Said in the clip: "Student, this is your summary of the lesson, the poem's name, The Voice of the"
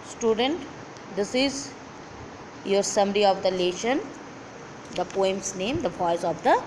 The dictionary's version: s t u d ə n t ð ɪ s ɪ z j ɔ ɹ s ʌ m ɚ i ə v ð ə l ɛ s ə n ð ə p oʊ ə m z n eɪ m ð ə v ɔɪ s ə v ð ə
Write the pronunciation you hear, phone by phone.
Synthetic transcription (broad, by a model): s t u d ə n t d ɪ s ɪ z j ɔ ɹ s ʌ m ɚ i ə v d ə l ɛ ʃ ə n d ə p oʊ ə m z n eɪ m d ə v ɔɪ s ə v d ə